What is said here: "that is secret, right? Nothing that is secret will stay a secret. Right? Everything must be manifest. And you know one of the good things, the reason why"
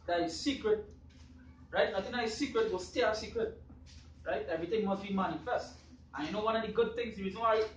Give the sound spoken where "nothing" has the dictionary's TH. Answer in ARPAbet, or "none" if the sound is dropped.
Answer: T